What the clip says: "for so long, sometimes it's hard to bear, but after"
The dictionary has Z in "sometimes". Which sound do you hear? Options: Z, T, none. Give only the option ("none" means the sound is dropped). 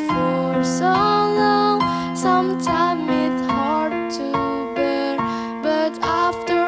none